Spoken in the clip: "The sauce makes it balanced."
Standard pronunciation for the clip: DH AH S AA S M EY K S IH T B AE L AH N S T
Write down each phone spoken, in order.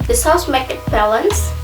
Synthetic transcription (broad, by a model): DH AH S AA S M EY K IH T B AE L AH N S